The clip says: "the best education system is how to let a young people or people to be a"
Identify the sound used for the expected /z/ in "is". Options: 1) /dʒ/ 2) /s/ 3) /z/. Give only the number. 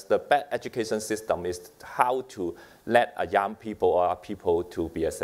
2